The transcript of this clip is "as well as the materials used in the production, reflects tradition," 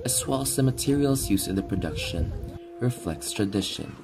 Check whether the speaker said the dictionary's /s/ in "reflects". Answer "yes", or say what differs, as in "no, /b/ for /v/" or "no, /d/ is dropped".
yes